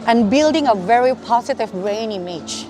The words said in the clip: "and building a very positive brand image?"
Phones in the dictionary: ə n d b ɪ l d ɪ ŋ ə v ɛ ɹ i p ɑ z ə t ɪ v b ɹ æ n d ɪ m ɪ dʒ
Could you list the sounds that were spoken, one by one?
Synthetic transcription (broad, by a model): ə n b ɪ l d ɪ ŋ ə v ɛ ɹ i p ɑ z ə t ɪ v ɹ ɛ n ɪ m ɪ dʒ